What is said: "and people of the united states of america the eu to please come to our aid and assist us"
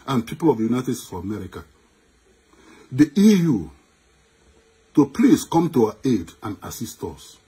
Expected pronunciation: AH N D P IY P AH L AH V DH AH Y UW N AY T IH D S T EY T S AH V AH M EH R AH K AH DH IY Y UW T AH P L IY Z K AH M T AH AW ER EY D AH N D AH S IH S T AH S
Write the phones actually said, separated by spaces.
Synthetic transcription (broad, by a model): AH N P IY P AH L AH V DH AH Y UW N AY T IH D S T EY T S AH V AH M EH R AH K AH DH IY Y UW T AH P L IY S K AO M T AH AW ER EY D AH N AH S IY S T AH S